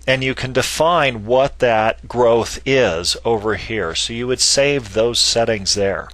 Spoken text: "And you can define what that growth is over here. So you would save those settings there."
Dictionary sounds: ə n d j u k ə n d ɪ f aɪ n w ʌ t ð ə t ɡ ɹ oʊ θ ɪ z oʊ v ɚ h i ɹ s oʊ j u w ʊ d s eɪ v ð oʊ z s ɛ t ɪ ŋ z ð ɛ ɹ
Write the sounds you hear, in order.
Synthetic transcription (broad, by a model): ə n j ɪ k ə n d ɪ f aɪ n w ʌ t ð ə t ɡ ɹ oʊ θ ɪ z oʊ v ɚ h i ɹ s oʊ j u w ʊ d s eɪ v ð oʊ z s ɛ t ɪ ŋ z ð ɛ ɹ